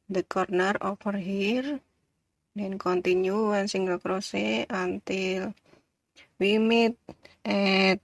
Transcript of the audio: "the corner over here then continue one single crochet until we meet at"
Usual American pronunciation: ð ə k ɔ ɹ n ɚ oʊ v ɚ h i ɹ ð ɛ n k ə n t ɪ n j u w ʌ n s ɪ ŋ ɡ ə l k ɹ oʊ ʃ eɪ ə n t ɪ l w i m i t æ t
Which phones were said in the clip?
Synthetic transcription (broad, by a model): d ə k ɔ ɹ n ɚ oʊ f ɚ h i ɹ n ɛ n k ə n t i n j u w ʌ n s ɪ ŋ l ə k ɹ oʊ s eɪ ə n t ɪ l w i m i t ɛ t